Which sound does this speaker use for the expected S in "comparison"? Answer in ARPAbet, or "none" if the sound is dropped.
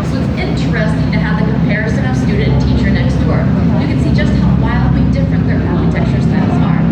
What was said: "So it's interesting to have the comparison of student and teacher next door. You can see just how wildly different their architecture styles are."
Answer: S